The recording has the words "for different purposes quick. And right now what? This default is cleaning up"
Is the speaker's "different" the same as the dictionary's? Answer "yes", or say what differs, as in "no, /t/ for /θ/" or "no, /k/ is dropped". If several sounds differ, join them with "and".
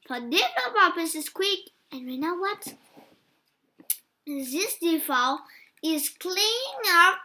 no, /ɹ/ is dropped